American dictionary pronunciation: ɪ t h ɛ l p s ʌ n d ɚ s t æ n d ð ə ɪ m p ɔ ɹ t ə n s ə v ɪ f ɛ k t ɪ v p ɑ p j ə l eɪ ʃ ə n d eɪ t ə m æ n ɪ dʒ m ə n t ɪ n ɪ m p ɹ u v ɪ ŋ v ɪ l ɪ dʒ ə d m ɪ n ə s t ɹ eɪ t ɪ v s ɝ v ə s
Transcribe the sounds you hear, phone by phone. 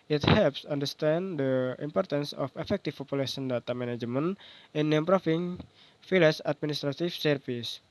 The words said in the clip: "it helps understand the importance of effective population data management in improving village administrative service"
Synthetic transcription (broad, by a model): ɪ t h ɛ l p s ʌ n d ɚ s t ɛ n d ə ɪ m p ɔ ɹ t ə n s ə f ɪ f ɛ k t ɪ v p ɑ p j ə l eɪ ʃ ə n d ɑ t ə m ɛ n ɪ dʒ m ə n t ɪ n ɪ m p ɹ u f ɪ ŋ f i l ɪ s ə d m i n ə s t ɹ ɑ t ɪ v s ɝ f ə s